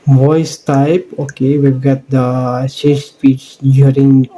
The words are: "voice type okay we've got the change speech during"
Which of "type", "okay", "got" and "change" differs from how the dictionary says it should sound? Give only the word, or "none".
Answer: change